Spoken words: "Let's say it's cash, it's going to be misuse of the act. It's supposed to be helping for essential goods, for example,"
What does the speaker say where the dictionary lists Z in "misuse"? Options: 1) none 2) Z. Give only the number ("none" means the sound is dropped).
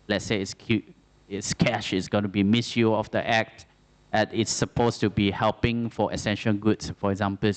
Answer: 1